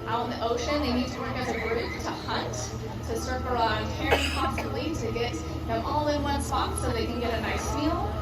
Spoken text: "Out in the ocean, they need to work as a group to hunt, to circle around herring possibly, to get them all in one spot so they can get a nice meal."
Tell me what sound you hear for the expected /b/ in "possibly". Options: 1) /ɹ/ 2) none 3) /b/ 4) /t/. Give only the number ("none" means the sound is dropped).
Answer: 2